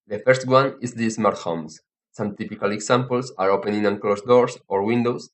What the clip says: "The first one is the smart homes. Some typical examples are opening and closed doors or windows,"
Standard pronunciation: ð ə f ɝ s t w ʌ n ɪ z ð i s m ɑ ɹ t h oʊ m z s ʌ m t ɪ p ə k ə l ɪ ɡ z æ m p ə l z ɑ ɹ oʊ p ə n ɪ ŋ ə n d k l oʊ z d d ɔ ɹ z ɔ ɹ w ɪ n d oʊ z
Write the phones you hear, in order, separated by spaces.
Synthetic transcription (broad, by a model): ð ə f ɝ s t w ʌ n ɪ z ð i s m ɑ ɹ t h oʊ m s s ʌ m t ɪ p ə k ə l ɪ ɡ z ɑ m p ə l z ɑ ɹ oʊ p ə n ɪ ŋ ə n k l oʊ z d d ɔ ɹ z ɔ ɹ w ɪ n d oʊ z